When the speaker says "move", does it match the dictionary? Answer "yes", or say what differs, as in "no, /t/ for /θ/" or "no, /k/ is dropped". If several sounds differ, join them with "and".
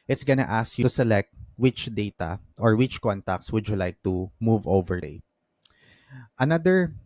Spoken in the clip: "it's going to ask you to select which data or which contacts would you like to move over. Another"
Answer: yes